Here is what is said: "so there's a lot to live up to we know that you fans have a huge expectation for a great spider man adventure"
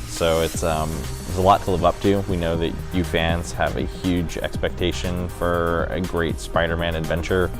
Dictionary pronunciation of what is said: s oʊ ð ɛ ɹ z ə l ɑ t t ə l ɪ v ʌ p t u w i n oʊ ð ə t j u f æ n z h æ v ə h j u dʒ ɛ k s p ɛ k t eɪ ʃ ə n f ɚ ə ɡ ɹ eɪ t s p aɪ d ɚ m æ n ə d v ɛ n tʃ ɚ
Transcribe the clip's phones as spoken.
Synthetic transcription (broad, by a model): s oʊ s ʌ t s ə l ɑ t t ə l ɪ v ʌ p t u w i n oʊ ð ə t j u f æ n z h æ v ə h j u dʒ ɛ k s p ɛ k t eɪ ʃ ə n f ɚ ə ɡ ɹ eɪ t s p aɪ d ɚ m æ n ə d v ɛ n tʃ ɚ